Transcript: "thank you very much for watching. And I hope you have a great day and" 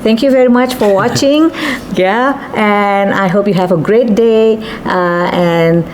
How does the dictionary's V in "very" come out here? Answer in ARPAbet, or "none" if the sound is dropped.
V